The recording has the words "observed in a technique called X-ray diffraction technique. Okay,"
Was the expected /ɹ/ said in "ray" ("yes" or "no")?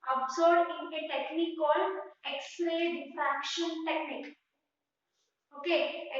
no